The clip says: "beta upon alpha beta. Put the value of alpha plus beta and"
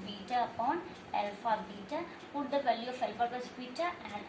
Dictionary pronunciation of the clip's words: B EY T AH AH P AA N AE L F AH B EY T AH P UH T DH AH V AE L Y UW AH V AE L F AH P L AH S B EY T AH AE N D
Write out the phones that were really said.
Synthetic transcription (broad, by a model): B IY T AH AH P AA N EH L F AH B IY T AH P UH T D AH V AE L Y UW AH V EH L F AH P AH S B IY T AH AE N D